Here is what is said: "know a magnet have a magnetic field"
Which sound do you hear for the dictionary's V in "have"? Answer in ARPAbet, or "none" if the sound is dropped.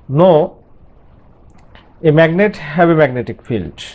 B